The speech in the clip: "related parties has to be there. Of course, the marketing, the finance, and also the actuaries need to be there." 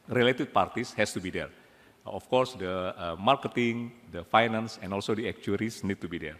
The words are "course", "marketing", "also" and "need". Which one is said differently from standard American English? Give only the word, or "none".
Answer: none